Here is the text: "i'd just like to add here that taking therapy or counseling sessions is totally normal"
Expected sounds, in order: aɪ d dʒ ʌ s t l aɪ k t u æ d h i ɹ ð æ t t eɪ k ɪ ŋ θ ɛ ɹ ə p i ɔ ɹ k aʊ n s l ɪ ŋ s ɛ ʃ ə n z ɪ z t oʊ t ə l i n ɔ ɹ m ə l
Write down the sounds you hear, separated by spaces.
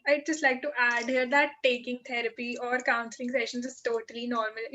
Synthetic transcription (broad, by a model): aɪ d dʒ ʌ s t l aɪ k t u æ d h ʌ ɹ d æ t t eɪ k ɪ ŋ t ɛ ɹ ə p i ɔ ɹ k aʊ n s l ɪ ŋ s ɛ ʃ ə n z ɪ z t oʊ t ə l i n ɔ ɹ m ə l